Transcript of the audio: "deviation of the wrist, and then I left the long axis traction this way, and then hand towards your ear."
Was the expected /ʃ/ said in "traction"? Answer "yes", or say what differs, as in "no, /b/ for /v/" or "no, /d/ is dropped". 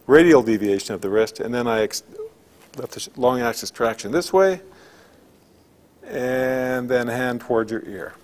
yes